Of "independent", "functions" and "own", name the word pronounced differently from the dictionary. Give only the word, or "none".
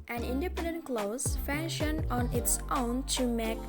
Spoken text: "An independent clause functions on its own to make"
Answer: functions